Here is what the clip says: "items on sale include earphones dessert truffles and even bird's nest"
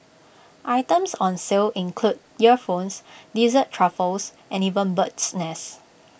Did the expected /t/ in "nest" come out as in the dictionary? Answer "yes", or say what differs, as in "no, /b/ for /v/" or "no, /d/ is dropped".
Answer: no, /t/ is dropped